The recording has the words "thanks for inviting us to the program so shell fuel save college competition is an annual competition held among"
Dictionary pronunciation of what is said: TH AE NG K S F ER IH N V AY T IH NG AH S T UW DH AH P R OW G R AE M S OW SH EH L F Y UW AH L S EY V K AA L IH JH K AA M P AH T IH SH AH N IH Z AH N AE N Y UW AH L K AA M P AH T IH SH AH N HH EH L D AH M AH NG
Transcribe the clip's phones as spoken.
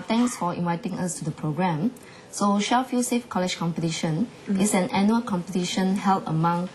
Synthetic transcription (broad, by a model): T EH NG K S F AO IH N V AY T IH NG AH S T UW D AH P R OW G R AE M S OW SH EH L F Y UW S EY F K AA L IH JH K AA M P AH T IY SH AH N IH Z AH N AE N Y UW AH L K AA M P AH T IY SH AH N HH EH L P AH M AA NG